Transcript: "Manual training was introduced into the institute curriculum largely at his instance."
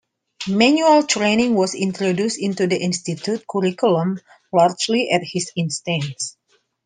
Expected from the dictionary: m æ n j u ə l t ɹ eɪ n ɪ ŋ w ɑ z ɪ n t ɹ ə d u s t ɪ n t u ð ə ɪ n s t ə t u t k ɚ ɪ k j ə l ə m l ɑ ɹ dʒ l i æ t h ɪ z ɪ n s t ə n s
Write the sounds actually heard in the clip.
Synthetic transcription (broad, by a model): m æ n j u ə l t ɹ eɪ n ɪ ŋ w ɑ s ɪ n t ɹ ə d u s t ɪ n t u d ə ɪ n s t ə t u t k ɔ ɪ k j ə l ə m l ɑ ɹ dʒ l i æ t h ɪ s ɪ n s t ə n s